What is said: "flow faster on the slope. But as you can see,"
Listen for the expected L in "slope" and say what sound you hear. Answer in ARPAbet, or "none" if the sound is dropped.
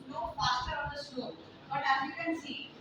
none